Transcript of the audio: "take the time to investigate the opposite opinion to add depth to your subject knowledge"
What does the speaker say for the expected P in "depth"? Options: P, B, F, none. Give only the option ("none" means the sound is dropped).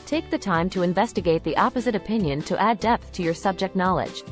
P